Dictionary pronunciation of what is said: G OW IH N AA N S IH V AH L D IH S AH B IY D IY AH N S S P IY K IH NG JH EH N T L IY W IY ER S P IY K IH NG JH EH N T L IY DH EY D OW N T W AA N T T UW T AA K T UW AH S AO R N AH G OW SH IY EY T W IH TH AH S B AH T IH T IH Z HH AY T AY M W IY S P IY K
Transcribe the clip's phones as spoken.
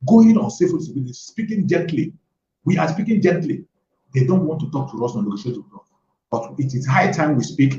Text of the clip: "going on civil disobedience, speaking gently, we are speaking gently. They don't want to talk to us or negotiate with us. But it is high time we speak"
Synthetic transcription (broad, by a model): G OW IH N AA N S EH F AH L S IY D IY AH S S P IY K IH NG JH EH N T L IY W IY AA S P IY K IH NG JH EH N T L IY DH EY D OW N T W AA N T T UW T AA K T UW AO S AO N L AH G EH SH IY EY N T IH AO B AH T IH T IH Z HH AY T AY M W IY S P IY K